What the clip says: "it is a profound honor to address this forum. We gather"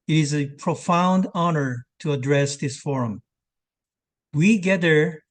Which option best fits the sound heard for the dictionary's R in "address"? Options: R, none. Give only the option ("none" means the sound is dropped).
R